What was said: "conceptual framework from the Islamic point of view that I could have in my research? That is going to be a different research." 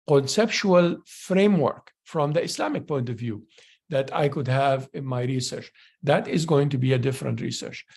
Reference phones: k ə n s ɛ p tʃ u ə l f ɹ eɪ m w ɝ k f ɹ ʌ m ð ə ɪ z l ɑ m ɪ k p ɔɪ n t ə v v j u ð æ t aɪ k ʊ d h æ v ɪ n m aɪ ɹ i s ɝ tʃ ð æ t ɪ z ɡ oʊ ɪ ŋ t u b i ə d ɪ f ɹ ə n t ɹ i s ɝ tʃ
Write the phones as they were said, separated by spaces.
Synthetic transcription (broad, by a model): k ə n s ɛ p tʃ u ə l f ɹ eɪ m w ɝ k f ɹ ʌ m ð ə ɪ s l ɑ m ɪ k p ɔɪ n t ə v v j u ð æ t aɪ k ʊ d h æ v ɪ n m aɪ ɹ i s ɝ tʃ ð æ t ɪ z ɡ oʊ ɪ ŋ t u b i ə d ɪ f ɹ ə n t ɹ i s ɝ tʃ